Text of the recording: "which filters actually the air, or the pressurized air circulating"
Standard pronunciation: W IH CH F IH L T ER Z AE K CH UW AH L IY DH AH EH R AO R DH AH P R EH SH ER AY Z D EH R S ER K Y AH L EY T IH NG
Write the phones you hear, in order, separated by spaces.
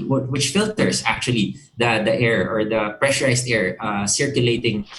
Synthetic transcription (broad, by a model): W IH CH F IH L T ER S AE K CH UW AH L IY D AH EH R AO R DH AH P R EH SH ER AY S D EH R S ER K Y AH L EY T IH NG